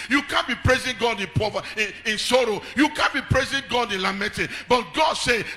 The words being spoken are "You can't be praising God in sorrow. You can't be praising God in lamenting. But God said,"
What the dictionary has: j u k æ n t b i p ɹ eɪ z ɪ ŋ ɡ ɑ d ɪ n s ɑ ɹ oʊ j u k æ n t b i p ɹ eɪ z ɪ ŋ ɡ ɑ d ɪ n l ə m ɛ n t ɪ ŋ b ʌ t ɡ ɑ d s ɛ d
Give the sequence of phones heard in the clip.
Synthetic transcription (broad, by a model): j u k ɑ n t b i p ɹ eɪ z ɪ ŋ ɡ ɑ d ɪ n s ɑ ɹ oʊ j u k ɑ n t b i p ɹ eɪ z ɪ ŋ ɡ ɑ d ɪ n l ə m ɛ t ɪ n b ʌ t ɡ ɑ d s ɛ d